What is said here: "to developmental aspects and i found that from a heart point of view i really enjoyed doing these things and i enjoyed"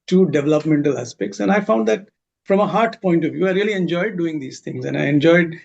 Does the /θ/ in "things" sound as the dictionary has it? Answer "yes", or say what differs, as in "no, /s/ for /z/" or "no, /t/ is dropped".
no, /t/ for /θ/